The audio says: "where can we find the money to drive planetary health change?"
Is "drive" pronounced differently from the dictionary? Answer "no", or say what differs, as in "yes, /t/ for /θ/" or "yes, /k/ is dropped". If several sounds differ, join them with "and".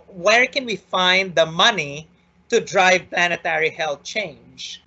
no